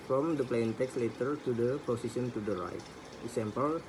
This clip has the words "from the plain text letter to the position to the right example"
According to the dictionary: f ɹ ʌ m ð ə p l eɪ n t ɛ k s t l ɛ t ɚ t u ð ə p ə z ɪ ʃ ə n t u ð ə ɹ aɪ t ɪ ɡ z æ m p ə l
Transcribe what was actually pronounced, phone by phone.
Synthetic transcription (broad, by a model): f ɹ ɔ m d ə p l eɪ n t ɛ k s l ɛ t ɚ t u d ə p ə s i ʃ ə n t u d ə ɹ aɪ t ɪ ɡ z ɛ m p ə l